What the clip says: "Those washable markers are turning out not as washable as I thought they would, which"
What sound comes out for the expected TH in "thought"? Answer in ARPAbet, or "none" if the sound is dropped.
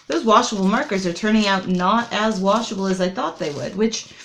TH